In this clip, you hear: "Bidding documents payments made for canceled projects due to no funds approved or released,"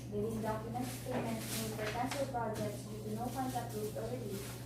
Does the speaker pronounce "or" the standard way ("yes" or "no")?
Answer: no